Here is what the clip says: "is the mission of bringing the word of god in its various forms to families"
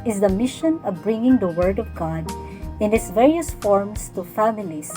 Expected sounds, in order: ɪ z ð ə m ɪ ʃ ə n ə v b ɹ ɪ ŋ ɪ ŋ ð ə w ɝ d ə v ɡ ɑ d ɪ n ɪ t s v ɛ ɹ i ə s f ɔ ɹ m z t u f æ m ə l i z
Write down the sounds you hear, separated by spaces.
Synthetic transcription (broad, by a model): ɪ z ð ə m ɪ ʃ ə n ə v b ɹ ɪ ŋ ɪ ŋ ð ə w ɝ d ə v ɡ ɑ d ɪ n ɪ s v ɛ ɹ i ə s f ɔ ɹ m s t u f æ m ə l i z